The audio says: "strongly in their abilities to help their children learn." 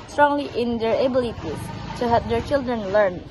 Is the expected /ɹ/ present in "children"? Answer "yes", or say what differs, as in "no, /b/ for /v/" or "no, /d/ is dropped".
yes